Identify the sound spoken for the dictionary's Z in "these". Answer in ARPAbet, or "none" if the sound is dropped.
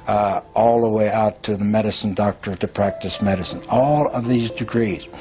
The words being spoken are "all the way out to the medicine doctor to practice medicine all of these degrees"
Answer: Z